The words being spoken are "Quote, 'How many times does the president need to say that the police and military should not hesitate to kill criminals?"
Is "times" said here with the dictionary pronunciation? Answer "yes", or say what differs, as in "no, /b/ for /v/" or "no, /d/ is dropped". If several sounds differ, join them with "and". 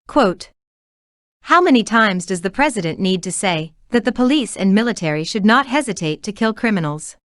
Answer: yes